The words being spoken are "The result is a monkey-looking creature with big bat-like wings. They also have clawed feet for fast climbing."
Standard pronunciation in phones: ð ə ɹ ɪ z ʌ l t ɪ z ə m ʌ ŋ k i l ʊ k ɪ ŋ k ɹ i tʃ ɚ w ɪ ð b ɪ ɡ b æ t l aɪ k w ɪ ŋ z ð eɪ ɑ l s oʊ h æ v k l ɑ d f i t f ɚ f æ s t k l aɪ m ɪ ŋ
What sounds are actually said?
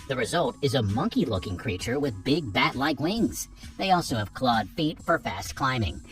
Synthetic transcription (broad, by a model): ð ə ɹ ɪ z ʌ l t ɪ z ə m ʌ ŋ k i l ʊ k ɪ ŋ k ɹ i tʃ ɚ w ɪ ð b ɪ ɡ b æ t l aɪ k w ɪ ŋ z ð eɪ ɑ l s oʊ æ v k l ɑ d f i t f ɚ f æ s t k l aɪ m ɪ ŋ